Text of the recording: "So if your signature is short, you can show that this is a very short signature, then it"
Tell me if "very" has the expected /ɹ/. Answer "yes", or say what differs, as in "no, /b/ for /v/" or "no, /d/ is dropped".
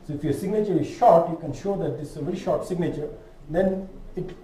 yes